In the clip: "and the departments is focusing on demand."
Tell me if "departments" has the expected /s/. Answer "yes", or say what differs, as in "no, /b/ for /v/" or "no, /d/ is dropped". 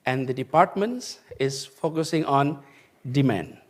yes